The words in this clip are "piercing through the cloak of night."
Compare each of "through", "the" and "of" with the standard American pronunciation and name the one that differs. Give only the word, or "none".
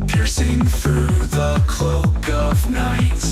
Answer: none